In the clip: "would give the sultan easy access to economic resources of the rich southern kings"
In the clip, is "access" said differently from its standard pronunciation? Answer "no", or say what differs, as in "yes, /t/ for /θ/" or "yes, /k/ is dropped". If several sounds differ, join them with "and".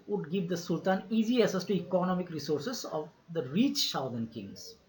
yes, /k/ is dropped